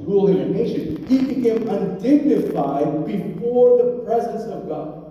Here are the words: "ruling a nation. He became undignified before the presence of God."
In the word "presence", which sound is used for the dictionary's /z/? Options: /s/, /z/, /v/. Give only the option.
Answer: /z/